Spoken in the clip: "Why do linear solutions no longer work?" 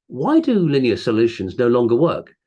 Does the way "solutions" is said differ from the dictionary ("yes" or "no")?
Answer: no